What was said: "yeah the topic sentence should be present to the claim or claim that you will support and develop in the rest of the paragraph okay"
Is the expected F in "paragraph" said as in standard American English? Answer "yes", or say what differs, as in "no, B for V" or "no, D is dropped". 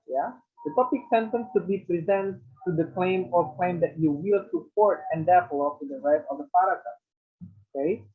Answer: no, F is dropped